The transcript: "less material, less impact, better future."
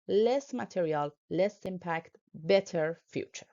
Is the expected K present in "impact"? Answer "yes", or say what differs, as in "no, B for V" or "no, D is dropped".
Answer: yes